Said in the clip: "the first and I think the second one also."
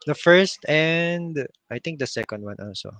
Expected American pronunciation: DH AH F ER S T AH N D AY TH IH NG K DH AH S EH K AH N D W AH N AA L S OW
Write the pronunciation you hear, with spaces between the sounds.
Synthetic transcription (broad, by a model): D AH F ER S T AH N D AY T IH NG K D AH S EH K AH N D W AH N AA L S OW